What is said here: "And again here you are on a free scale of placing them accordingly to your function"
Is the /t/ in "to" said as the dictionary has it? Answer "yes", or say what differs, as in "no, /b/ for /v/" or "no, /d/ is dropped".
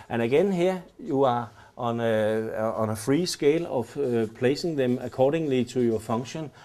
no, /s/ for /t/